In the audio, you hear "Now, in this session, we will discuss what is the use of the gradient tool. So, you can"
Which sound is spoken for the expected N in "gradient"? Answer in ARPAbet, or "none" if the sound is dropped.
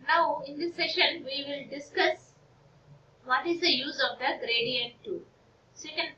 N